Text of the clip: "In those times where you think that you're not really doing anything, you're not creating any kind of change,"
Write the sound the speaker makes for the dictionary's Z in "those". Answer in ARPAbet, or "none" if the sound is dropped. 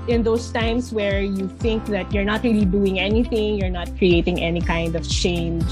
S